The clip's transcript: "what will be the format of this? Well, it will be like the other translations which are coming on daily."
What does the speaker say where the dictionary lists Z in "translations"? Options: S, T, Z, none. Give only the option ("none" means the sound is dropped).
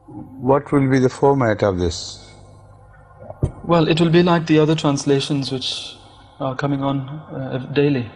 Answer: Z